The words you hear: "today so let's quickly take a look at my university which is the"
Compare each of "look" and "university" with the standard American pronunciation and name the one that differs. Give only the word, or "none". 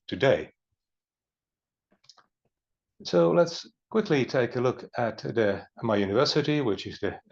none